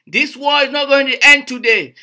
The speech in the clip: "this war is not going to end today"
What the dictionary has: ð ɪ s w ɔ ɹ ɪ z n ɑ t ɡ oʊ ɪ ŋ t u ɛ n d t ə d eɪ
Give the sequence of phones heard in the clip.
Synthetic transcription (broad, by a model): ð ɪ s w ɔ l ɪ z n ɑ t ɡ oʊ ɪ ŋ t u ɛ n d t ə d eɪ